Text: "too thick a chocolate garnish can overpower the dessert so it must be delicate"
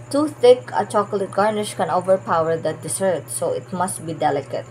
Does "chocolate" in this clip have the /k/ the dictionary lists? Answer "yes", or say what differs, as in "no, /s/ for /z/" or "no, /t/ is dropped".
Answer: yes